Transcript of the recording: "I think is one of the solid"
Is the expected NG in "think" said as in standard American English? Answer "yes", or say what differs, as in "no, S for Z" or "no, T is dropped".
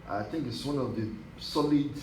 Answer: yes